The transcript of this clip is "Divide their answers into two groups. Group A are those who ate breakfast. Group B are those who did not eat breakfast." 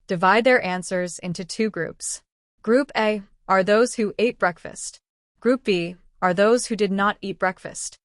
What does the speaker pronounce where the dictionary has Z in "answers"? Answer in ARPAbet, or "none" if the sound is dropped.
Z